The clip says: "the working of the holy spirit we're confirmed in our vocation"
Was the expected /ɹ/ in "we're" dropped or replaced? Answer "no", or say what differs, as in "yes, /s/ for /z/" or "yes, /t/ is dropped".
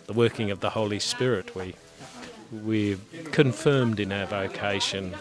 yes, /w/ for /ɹ/